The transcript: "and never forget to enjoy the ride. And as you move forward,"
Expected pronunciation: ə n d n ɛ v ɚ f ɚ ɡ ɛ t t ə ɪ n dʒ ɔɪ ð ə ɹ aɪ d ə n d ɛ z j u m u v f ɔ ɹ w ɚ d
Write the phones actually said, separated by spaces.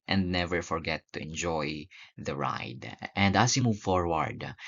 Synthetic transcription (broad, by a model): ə n d n ɛ v ɚ f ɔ ɡ ɛ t t ə ɪ n dʒ ɔɪ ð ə ɹ aɪ d ə n d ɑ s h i m u v f ɔ ɹ w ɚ d